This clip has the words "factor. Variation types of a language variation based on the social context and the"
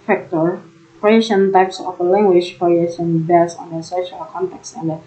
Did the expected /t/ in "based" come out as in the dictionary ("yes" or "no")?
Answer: no